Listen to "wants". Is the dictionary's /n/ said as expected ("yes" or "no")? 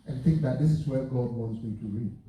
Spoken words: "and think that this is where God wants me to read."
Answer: yes